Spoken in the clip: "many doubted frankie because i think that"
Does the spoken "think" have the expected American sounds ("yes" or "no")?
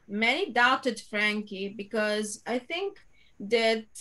no